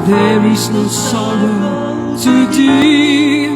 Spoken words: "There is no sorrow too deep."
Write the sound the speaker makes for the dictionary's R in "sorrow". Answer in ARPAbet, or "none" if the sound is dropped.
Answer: L